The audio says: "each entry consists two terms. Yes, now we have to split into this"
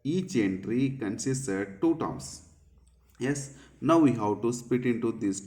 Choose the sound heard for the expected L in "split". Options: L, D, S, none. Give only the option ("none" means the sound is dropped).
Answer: none